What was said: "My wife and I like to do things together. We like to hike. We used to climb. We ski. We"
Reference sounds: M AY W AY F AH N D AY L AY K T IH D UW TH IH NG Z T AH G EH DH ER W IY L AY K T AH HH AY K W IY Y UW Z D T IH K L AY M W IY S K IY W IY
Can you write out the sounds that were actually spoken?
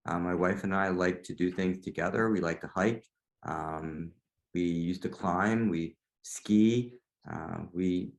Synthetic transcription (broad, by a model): M AY W AY F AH N AY L AY K T IH D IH TH IH NG Z T AH G EH DH ER W IY L AY K T AH HH AY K W IY Y UW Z T IH K L AY M W IY S K IY W IY